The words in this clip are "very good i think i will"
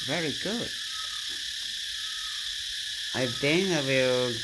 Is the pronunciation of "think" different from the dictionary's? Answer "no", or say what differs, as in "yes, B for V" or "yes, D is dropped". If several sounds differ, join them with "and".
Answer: yes, K is dropped